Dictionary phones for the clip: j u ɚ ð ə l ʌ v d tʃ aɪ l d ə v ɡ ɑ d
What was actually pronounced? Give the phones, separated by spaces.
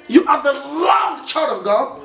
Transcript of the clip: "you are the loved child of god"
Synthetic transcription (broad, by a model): j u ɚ ð ə l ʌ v tʃ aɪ d ə v ɡ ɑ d